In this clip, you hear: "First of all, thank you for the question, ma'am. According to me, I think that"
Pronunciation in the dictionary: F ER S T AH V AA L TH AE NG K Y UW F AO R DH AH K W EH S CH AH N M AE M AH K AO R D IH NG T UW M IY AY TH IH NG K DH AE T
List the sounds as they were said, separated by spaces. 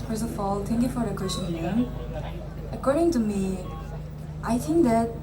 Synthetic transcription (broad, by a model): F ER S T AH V AA L T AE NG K Y UW F AO R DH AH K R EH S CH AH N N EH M AH K AO R D IH NG T UW M IY AY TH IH NG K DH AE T